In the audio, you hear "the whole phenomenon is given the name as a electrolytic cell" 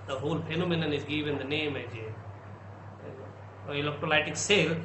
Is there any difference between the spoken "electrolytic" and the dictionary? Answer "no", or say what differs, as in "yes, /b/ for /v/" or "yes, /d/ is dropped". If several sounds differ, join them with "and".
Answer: yes, /ɹ/ is dropped